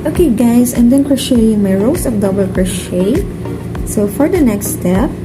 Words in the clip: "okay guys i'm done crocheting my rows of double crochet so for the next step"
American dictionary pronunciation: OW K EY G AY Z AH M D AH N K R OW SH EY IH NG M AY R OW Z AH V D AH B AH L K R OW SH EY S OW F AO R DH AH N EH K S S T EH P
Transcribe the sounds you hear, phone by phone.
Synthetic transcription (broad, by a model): OW K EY G AY S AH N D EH N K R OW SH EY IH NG M AY R OW S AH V D AH B AH L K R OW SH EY S OW F AO R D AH N EH K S S T EH P